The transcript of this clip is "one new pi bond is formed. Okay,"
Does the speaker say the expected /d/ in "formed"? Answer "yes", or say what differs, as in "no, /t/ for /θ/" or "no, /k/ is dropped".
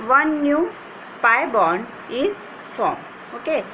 no, /d/ is dropped